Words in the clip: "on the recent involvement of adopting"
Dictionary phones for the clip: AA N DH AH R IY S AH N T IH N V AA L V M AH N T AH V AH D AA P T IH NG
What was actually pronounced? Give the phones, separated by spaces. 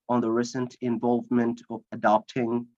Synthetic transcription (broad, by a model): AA N DH AH R IY S AH N T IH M V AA L V M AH N T AH V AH D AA P T IH NG